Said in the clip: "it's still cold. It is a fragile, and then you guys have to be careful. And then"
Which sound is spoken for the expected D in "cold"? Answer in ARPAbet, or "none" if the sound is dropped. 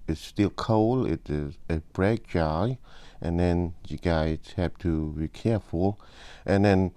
none